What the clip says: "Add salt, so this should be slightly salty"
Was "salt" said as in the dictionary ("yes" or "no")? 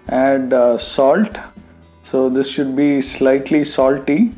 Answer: yes